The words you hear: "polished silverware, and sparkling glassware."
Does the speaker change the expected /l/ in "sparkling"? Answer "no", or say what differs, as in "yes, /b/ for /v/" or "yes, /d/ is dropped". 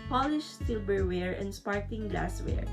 yes, /l/ is dropped